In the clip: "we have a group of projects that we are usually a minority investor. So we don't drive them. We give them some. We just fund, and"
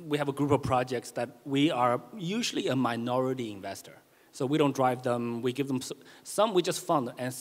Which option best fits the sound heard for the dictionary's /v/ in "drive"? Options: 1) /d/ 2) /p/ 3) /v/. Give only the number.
3